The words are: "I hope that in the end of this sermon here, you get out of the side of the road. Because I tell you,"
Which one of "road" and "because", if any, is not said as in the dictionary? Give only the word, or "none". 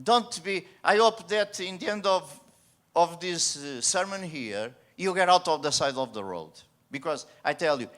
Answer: none